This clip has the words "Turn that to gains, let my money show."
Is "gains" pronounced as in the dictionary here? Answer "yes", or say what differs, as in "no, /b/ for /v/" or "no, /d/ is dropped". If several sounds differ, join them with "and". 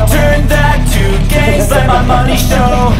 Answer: no, /n/ is dropped